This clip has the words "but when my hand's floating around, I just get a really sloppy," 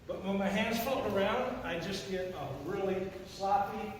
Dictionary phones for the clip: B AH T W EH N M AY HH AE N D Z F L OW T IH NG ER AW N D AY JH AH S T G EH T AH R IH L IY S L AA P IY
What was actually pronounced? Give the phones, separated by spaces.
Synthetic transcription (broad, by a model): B AH T W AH N M AY HH AE N D Z F OW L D ER AW N D AY JH AH S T G EH T AH R IH L IY S L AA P IY